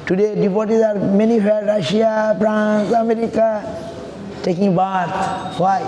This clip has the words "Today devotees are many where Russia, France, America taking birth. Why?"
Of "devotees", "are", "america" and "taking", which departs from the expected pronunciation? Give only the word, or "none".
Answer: devotees